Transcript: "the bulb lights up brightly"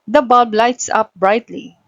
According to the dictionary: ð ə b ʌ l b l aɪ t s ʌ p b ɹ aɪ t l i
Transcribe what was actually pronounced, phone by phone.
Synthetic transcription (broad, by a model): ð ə b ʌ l b l aɪ t s ʌ p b ɹ aɪ t l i